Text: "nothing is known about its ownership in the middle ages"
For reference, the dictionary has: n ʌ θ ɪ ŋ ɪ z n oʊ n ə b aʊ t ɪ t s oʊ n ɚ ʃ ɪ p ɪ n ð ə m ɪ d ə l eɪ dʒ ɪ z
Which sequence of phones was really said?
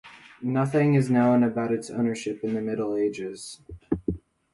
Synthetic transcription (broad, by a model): n ʌ θ ɪ ŋ ɪ z n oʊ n ə b aʊ t ɪ t s oʊ n ɚ ʃ ɪ p ɪ n ð ə m ɪ d l eɪ dʒ ɪ z